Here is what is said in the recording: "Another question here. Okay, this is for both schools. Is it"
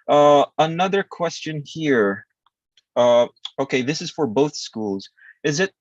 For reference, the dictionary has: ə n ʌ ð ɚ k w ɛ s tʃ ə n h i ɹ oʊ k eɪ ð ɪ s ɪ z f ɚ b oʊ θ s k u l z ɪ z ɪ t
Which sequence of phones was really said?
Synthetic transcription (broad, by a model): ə n ʌ ð ɚ k w ɛ s tʃ ə n h i ɹ oʊ k eɪ ð ɪ s ɪ z f ɚ b oʊ θ s k u l z ɪ z ɪ t